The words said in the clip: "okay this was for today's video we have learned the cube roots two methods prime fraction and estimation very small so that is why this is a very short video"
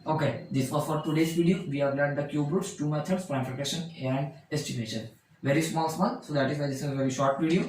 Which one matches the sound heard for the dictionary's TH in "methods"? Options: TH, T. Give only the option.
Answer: T